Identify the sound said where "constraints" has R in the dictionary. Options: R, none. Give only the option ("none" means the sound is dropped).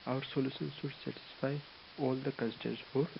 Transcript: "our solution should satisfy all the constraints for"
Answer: none